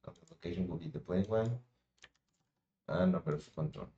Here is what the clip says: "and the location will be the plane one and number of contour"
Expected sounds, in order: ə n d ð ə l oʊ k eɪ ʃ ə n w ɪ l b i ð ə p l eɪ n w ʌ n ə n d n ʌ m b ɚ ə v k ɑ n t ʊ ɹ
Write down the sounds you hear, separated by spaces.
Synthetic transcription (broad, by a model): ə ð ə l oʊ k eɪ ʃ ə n w ɪ l b i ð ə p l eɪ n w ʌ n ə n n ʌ b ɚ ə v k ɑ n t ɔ